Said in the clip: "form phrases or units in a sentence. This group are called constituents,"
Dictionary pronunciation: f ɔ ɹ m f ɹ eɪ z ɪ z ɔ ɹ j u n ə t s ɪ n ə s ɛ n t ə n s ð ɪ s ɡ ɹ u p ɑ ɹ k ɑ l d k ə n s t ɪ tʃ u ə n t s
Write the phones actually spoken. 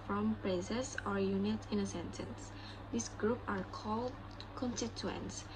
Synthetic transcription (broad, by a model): f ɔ m p ɹ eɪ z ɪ s ɔ ɹ j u n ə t ɪ n ə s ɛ n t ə n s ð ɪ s ɡ ɹ u p ɑ ɹ k ɑ l d k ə n s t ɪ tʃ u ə n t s